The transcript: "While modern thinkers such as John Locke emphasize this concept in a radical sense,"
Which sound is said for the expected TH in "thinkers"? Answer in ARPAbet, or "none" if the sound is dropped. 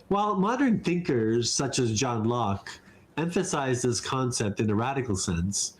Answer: TH